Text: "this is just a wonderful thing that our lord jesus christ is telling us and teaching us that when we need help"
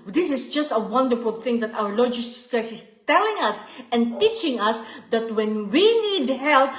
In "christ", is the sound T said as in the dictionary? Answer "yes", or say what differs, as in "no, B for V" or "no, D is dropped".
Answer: no, T is dropped